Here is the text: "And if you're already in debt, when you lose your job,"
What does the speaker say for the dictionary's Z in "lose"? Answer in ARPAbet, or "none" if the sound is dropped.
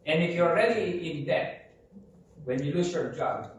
S